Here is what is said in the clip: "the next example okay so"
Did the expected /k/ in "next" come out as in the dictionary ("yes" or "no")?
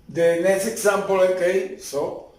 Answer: no